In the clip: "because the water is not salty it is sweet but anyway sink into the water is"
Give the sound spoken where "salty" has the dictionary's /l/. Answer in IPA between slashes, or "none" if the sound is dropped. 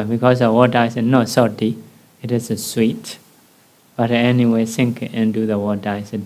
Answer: none